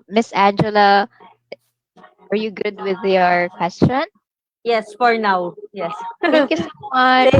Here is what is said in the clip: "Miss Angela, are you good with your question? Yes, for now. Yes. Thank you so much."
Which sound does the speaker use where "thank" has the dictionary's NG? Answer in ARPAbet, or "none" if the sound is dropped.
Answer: none